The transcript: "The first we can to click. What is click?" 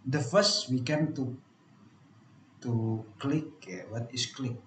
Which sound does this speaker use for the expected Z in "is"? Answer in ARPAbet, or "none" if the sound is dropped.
S